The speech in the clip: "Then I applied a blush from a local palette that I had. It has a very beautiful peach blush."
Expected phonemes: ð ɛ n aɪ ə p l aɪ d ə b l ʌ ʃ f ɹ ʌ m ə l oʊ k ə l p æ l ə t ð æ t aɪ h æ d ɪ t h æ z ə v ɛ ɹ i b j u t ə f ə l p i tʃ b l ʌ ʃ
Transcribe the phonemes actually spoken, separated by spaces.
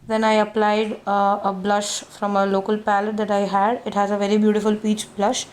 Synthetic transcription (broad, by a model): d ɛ n aɪ ə p l aɪ d ə b l ʌ ʃ f ɹ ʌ m ə l oʊ k ə l p æ l ə t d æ t aɪ h æ d ɪ t h æ z ə v ɛ ɹ i b j u t ə f ə l p i tʃ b l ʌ ʃ